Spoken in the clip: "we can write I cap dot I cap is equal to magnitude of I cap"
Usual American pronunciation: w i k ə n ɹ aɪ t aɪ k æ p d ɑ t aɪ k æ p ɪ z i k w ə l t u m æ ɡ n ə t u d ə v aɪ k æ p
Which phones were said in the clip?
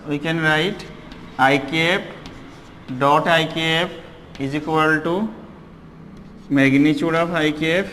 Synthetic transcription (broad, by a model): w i k ə n ɹ aɪ t aɪ k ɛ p d ɑ t aɪ k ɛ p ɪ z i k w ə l t u m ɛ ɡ n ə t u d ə p aɪ k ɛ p